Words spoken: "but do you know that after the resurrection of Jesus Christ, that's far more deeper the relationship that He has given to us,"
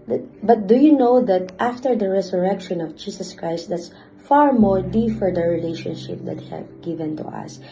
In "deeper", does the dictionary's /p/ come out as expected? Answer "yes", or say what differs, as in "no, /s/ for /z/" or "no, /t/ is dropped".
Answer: no, /f/ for /p/